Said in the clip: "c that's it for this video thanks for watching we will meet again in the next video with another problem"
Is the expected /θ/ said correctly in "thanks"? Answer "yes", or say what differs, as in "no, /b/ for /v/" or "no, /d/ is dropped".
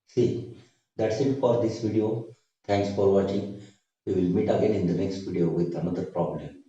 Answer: no, /t/ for /θ/